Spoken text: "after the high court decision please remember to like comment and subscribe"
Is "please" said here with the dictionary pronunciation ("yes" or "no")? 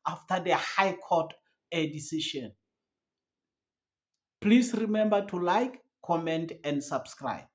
no